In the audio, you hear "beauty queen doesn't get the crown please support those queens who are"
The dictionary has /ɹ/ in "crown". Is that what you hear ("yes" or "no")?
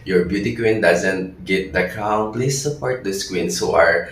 no